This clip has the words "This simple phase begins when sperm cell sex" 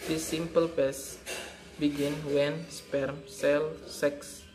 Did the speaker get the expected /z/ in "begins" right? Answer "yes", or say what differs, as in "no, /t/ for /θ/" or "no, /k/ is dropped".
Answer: no, /z/ is dropped